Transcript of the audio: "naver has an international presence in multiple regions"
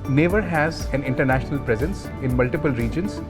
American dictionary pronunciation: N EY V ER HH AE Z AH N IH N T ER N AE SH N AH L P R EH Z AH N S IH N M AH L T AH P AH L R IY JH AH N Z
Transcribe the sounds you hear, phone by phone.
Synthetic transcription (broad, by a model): N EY V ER HH AE Z AH N IH N T ER N AE SH N AH L P R EH Z AH N S IH N M AH L T AH P AH L R IY JH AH N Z